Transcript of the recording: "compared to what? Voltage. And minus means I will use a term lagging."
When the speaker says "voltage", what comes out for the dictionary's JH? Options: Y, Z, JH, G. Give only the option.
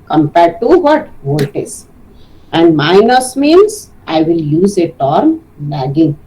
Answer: Z